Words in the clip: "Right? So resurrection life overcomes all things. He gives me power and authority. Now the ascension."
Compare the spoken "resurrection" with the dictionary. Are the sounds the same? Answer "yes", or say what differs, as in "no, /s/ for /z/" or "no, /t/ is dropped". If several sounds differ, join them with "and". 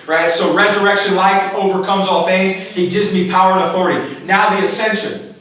yes